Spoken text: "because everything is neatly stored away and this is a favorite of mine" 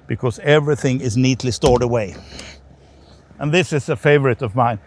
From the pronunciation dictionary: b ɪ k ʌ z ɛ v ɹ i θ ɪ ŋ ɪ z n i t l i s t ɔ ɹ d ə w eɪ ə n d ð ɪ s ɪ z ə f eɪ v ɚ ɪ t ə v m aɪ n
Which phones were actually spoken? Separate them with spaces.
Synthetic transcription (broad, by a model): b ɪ k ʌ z ɛ v ɹ i θ ɪ ŋ ɪ z n i t l i s t ɔ ɹ d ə w eɪ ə n ð ɪ s ɪ z ə f eɪ v ɚ ɪ t ə v m aɪ n